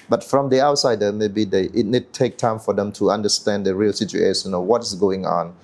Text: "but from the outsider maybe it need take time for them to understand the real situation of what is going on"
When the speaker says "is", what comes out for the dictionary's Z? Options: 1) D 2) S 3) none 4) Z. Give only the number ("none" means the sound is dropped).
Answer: 2